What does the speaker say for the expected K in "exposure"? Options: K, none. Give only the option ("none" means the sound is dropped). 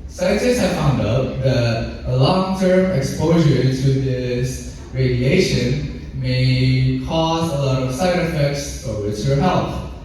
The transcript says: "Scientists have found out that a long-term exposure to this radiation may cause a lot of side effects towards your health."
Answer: K